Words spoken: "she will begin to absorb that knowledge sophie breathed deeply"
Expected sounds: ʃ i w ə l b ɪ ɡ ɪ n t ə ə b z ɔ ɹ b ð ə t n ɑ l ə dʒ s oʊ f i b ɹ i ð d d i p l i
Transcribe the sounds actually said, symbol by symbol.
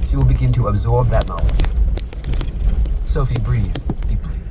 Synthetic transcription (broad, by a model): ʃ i w ə l b ɪ ɡ ɪ n t ə ə b z ɔ ɹ b ð ə t n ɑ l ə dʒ s oʊ f i b ɹ i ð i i